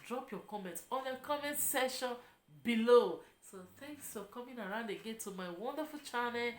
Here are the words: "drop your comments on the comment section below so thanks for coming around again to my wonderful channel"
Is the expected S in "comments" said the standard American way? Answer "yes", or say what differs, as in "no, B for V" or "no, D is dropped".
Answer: no, S is dropped